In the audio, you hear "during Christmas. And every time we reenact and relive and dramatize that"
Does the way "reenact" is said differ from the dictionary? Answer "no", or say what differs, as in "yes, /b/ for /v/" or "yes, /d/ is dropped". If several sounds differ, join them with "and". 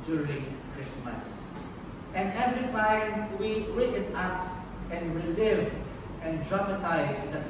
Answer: yes, /k/ is dropped